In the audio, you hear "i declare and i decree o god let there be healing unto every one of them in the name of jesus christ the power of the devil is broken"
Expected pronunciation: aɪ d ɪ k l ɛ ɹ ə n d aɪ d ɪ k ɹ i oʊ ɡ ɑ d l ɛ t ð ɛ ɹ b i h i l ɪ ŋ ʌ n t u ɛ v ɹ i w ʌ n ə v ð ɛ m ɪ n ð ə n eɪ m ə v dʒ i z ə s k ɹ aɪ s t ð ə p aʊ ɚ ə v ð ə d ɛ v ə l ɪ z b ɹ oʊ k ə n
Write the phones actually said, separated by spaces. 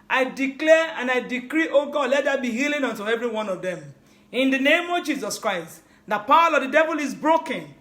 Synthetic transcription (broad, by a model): aɪ d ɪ k l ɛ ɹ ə n aɪ d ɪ k ɹ i oʊ ɡ ɑ d l ɛ t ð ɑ b i h i l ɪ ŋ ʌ n t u ɛ v ɹ i w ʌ n ə v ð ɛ m ɪ n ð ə n eɪ m ə v dʒ i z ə s k ɹ aɪ s t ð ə p aʊ ɚ ə v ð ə d ɛ v ə l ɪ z b ɹ oʊ k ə n